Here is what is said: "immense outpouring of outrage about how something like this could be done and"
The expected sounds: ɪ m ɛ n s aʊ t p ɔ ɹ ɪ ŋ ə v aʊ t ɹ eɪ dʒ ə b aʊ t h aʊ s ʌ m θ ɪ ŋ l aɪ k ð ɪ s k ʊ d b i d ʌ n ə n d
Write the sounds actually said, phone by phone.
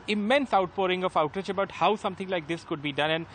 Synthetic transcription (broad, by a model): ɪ m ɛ n s aʊ t p ɔ ɹ ɪ ŋ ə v aʊ t ʌ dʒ ə b aʊ t h aʊ s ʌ m t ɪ ŋ l aɪ k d ɪ s k ʊ d b i d ʌ n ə n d